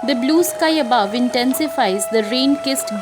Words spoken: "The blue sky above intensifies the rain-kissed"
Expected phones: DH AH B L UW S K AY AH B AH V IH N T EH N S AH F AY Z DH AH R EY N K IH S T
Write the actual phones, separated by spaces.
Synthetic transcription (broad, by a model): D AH B L UW S K AY AH B AH V IH N T EH N S AH F AY Z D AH R EY N K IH S T